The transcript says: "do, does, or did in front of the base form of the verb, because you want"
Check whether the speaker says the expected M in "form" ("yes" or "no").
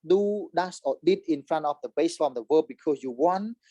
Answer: no